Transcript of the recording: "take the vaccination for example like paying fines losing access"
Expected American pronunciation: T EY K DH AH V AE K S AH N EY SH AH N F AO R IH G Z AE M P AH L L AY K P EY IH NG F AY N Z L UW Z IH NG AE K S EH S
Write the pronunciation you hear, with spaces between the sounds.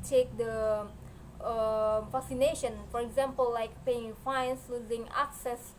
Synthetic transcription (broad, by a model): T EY K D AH F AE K S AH N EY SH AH N F AO R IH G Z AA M P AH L L AY K P EY IH NG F AY N S L UW Z IH NG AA K S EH S